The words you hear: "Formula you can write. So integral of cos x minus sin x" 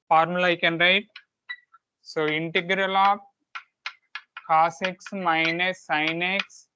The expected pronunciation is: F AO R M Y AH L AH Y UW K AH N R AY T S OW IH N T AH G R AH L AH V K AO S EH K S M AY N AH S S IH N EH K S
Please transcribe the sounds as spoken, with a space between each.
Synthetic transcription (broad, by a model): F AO R M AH L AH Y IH K AH N R AY T S OW IH N T AH G R AH L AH P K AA S EH K S M AY N AH S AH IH N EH K S